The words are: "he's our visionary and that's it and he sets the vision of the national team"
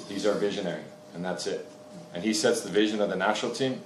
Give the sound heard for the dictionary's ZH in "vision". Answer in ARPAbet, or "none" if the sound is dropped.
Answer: ZH